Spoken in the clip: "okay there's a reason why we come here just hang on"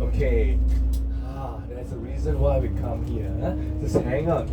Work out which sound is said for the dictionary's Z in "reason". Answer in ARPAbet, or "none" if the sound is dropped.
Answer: Z